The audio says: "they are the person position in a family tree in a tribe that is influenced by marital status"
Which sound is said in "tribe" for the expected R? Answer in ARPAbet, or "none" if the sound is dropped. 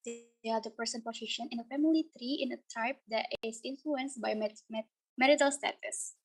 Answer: none